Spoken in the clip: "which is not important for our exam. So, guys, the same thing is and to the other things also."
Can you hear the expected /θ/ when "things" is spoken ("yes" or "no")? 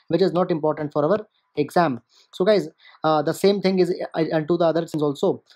no